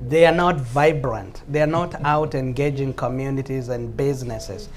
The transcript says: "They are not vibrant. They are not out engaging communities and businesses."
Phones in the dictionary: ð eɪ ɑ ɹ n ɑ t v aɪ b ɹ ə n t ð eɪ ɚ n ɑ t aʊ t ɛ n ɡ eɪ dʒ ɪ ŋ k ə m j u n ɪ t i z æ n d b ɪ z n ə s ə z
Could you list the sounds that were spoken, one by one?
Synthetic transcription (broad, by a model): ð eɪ ɑ ɹ n ɑ t v aɪ b ɹ ə n t ð eɪ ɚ n ɑ t aʊ t ɛ n ɡ eɪ dʒ ɪ ŋ k ə m j u n ɪ t i z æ n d b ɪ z n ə s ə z